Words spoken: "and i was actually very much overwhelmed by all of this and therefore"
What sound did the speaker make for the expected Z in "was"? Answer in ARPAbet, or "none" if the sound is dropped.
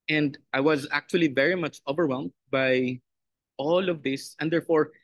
Z